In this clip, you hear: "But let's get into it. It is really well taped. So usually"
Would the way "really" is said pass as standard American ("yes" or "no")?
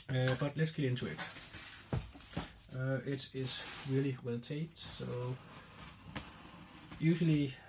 yes